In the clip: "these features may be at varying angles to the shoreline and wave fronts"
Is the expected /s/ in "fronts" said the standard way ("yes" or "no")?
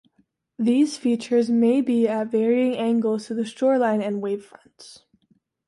yes